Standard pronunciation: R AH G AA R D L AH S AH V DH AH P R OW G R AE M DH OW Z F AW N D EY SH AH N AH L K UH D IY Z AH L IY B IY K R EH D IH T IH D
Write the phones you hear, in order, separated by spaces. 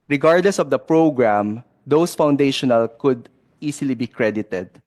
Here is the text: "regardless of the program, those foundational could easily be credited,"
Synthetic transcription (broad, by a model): R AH G AA R D L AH S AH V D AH P R OW G R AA M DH OW S F AW N D EY SH AH N AH L K UH D IY S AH L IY B IY K R EH D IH T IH D